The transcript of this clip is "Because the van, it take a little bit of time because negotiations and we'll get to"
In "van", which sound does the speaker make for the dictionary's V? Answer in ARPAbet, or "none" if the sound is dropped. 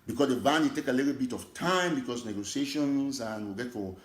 B